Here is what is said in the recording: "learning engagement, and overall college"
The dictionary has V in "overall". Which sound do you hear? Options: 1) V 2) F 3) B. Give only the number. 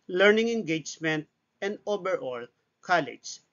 3